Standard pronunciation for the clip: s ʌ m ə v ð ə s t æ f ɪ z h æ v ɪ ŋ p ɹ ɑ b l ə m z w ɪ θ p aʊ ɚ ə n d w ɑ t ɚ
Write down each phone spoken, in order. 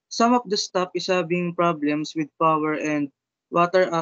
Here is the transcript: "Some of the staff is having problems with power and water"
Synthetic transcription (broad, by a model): s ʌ m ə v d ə s t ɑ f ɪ s h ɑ b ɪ ŋ p ɹ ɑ b l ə m s w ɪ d p aʊ ɚ ə n d w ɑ t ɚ